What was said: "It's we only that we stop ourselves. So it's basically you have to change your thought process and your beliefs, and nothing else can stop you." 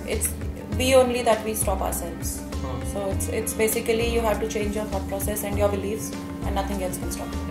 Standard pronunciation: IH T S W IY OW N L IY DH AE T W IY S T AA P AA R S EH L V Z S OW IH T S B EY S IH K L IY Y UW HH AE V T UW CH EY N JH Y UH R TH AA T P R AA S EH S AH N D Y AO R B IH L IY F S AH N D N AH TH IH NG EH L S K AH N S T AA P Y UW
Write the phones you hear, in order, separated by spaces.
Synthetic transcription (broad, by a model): IH T S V IY OW N L IY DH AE T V IY S T AA P AA R S EH L V Z S OW IH T S B EY S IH K L IY Y UW HH AE V T UW CH EY N JH Y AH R F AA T P R AA S EH S AH N D Y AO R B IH L IY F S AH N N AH T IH NG EH L S K AH N S T AA P